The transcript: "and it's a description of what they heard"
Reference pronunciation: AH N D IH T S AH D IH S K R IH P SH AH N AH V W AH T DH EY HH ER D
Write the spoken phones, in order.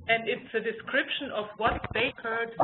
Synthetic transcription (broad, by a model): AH N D IH T S AH D IH S K R IH P SH AH N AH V W AH T DH EY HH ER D